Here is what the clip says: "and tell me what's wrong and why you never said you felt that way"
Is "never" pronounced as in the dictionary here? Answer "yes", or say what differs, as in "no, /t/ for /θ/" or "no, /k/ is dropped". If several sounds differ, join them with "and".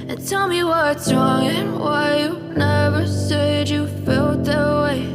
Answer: yes